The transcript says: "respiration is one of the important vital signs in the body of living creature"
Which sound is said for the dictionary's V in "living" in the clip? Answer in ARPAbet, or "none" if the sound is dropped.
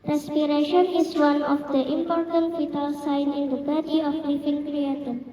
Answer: F